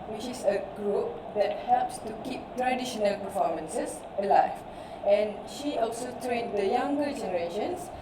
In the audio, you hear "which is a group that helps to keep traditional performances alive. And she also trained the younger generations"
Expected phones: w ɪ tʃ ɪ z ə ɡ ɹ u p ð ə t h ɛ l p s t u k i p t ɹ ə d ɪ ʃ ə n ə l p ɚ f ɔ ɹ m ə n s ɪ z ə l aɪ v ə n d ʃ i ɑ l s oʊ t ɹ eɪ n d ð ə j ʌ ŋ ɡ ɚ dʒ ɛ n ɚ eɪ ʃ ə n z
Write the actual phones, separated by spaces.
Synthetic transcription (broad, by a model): w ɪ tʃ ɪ s ə ɡ ɹ u p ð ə t h ɛ l p s t u k i p t ɹ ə d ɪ ʃ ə n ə l p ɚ f ɔ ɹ m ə n s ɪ s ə l aɪ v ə n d ʃ i ɑ l s oʊ t ɹ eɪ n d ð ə j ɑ ŋ ɡ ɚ dʒ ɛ n ɚ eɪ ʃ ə n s